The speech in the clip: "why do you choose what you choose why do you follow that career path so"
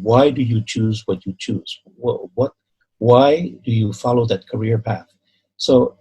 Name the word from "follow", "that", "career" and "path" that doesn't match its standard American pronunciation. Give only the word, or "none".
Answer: none